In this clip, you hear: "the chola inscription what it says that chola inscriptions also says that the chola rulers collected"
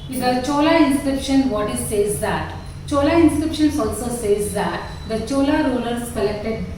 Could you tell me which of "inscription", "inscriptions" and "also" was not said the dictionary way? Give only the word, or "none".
inscriptions